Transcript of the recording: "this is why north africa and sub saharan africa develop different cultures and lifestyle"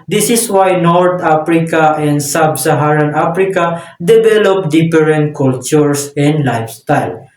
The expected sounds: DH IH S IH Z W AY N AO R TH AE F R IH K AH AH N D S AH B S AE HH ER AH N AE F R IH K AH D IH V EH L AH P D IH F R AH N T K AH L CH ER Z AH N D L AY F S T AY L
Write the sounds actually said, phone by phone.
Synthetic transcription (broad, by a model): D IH S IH S W AY N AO R T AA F R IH K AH AH N D S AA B S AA HH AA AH N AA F R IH K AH D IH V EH L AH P D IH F R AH N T K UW L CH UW S AH N D L AY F S T AY L